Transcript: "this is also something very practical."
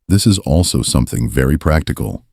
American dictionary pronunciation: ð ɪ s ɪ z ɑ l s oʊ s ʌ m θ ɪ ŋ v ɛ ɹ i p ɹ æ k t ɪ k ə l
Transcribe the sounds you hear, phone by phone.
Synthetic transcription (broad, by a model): ð ɪ s ɪ z ɑ l s oʊ s ʌ m θ ɪ ŋ v ɛ ɹ i p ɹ æ k t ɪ k l